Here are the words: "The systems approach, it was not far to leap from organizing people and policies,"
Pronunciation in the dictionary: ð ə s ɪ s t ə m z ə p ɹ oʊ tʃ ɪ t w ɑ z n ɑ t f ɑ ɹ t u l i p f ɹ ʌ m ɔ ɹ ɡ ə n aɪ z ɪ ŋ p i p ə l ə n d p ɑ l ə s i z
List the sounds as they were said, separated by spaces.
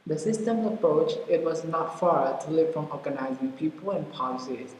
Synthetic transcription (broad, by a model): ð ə s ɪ s t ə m ə p ɹ oʊ tʃ ɪ t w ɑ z n ɑ t f ɑ ɹ t u l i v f ɹ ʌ m ɔ ɹ ɡ ə n aɪ z ɪ ŋ p i p ə l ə n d p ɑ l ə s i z